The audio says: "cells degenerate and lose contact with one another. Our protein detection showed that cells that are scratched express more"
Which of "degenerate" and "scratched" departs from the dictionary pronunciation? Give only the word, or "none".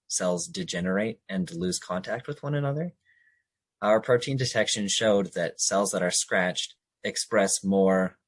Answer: none